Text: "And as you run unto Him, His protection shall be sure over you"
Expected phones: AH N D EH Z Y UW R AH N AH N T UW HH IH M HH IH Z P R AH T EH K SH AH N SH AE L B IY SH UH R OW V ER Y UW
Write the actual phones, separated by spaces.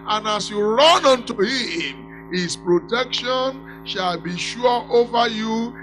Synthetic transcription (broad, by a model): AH N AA S Y UW R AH N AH N T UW HH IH M HH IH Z P R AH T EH K SH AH N SH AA L B IY SH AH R OW V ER Y UW